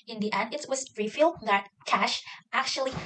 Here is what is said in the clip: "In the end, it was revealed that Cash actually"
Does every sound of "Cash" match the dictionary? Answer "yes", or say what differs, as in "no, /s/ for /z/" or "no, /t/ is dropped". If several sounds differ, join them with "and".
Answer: yes